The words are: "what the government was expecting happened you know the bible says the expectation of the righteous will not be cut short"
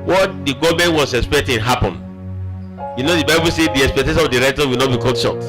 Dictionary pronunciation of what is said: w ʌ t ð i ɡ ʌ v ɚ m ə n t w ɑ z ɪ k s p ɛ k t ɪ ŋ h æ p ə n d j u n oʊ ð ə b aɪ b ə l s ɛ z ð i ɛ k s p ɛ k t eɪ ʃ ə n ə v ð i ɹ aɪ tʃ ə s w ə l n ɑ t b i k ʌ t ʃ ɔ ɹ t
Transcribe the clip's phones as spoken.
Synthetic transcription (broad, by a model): w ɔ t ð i ɡ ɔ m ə n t w ɑ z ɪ k s p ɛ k t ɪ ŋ h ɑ p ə n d j u n oʊ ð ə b aɪ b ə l s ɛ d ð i ɛ k s p ɛ k t eɪ ʃ ə n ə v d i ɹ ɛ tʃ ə w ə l n ɑ t b i k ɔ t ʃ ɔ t